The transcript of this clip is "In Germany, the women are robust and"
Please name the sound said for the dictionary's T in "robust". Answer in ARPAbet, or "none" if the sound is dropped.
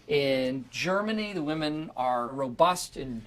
T